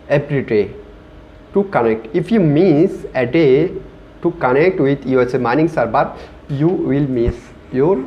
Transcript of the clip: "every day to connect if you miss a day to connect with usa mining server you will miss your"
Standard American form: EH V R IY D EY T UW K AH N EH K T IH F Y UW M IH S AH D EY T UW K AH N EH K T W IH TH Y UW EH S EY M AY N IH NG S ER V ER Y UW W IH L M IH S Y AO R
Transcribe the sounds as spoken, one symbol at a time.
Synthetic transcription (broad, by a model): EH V R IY D EY T UW K AH N EH K T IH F Y UW M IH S AH D EY T UW K AH N EH K T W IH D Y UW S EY M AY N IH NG S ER B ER Y UW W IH L M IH S Y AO R